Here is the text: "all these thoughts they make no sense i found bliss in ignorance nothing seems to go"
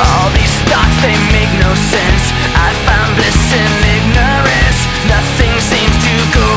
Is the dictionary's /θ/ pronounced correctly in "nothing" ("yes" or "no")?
yes